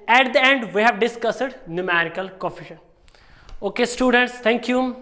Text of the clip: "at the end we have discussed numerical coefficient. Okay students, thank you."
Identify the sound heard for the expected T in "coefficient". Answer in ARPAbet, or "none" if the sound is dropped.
none